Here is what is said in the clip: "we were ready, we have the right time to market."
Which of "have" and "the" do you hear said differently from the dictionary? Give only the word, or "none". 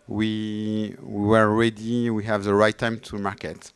none